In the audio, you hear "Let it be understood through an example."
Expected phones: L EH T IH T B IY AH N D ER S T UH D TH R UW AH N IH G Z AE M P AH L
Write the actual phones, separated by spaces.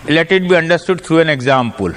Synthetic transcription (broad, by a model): L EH T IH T B IY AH N D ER S T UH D T R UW AH N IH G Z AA M P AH L